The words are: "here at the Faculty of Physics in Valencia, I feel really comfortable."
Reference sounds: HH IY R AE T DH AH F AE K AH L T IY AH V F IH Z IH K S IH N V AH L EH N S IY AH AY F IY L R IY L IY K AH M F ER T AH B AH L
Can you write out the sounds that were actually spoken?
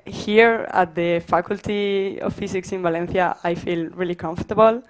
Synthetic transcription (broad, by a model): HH IY R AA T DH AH F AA K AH L T IY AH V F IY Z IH K S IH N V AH L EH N TH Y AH AY F IY L R IY L IY K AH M F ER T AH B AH L